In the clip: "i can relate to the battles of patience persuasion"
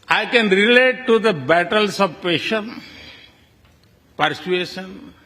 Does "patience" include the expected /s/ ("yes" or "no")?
no